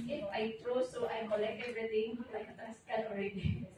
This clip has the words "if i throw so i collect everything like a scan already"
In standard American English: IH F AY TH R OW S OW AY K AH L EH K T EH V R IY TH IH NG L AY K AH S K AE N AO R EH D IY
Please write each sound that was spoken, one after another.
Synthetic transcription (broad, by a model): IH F AY T R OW S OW AY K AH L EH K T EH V R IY T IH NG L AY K AH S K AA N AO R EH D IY